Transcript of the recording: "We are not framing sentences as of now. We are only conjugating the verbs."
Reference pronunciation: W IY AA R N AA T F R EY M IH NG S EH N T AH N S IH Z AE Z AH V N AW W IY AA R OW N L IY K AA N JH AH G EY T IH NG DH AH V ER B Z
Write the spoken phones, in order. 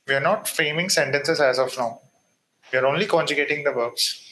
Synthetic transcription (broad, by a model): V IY AA R N AA T F EY M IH NG S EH N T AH N S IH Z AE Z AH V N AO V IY AA R OW N L IY K AA N JH AH G EY T IH NG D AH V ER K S